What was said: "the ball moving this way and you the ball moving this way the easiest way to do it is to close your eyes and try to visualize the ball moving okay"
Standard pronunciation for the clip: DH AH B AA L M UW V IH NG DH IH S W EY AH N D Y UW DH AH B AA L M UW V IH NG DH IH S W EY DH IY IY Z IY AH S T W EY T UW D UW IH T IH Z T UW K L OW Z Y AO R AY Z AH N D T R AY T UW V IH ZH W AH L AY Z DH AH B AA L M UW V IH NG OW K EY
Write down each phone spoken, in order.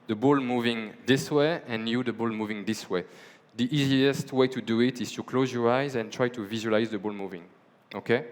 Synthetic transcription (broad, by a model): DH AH B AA L M UW V IH NG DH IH S W EY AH N Y UW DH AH B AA L M UW V IH NG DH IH S W EY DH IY IY Z IY AH S T W EY T UW D UW IH T IH Z T UW K L OW Z Y AO R AY Z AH N T R AY T UW V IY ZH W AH L AY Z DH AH B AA L M UW V IH NG OW K EY